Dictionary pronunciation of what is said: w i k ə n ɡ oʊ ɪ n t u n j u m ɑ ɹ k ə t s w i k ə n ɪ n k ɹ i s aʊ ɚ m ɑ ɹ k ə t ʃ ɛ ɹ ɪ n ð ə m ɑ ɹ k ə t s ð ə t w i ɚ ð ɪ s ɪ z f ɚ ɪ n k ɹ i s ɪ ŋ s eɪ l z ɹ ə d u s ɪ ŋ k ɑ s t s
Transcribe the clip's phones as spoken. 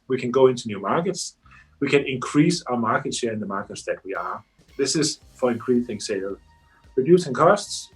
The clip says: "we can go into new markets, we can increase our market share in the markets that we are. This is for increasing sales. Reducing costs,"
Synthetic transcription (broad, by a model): w i k ə n ɡ oʊ ɪ n t u n j u m ɑ ɹ k ə t s w i k ə n ɪ n k ɹ i s aʊ ɚ m ɑ ɹ k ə t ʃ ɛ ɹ ɪ n ð ə m ɑ ɹ k ə t s ð ə t w i ɚ ð ɪ s ɪ z f ɚ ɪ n k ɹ i θ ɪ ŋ s eɪ l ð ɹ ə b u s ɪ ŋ k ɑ s t s